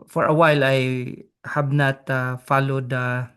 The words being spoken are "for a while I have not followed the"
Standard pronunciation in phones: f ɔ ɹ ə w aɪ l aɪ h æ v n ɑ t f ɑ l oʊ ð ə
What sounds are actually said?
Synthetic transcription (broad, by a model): f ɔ ɹ ə w aɪ l aɪ h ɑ b n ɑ t f ɑ l oʊ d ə